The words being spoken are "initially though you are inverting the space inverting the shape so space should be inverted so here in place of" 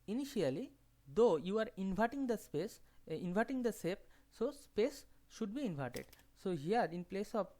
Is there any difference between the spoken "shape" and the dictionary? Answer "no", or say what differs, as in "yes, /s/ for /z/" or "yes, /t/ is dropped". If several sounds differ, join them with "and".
yes, /s/ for /ʃ/